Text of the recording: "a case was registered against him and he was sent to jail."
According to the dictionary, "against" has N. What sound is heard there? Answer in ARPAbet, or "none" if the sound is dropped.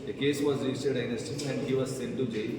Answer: none